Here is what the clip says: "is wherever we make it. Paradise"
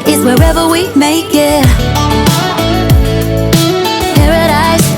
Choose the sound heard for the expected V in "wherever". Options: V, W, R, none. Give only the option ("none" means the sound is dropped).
V